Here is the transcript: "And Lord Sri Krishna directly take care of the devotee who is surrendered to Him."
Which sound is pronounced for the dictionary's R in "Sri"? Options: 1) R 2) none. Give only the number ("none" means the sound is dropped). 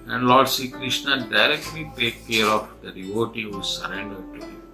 2